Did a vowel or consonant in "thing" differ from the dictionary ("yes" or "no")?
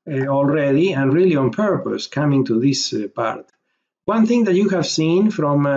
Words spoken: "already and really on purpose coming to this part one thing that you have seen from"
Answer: no